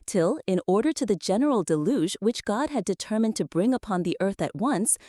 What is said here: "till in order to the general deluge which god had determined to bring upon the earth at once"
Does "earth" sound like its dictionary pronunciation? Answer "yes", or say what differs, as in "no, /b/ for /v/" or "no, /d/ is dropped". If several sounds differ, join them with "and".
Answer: yes